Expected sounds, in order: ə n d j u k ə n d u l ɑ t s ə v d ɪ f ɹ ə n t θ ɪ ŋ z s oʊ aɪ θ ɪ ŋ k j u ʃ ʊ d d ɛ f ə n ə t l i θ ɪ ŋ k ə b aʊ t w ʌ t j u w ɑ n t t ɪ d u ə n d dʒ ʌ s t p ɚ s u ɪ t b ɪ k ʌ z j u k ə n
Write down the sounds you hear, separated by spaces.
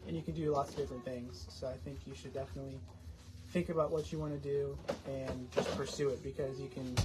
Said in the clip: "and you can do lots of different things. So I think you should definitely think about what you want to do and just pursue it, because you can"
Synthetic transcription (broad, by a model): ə n j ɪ k ə n d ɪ l ɑ t s ə v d ɪ f ɹ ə n θ ɪ ŋ z s oʊ aɪ θ ɪ ŋ k j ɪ ʃ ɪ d d ɛ f ə n ə t l i θ ɪ ŋ k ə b aʊ t w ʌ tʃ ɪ w ɑ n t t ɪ d u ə n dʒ ʌ s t p ɚ s u ɪ t b ɪ k ʌ z j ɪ k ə n